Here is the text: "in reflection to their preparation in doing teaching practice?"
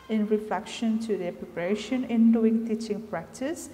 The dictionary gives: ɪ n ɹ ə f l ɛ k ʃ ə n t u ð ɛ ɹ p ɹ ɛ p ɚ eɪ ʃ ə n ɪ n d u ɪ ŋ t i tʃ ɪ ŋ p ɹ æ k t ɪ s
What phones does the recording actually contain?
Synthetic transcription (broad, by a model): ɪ n ɹ ə f l ɛ k ʃ ə n t u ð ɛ p ɹ ɛ p ɚ eɪ ʃ ə n ɪ n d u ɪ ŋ t i tʃ ɪ ŋ p ɹ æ k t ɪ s